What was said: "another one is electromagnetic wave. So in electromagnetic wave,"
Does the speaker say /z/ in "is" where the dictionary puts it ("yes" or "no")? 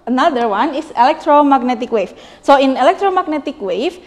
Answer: no